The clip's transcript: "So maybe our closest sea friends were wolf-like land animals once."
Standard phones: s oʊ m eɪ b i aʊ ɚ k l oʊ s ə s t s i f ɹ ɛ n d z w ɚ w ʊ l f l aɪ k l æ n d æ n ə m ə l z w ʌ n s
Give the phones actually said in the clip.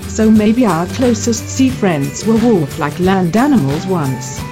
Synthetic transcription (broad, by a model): s oʊ m eɪ b i aʊ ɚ k l oʊ s ə s t s i f ɹ ɛ n d z w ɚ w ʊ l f l aɪ k l æ n d æ n ə m ə l z w ʌ n s